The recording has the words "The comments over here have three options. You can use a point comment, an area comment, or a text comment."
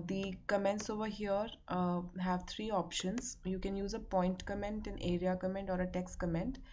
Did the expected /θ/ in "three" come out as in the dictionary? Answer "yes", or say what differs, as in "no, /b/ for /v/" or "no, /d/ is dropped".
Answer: no, /t/ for /θ/